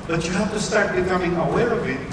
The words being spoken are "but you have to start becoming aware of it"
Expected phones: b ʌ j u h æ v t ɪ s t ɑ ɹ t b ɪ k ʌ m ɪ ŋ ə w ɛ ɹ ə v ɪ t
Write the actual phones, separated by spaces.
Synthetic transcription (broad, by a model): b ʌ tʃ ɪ h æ f t ɪ s t ɑ ɹ t b ɪ k ʌ m ɪ ŋ ə w ɛ ɹ ə v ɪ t